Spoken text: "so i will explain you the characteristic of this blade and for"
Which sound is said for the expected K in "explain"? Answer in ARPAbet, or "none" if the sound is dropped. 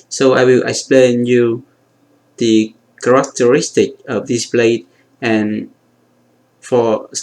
K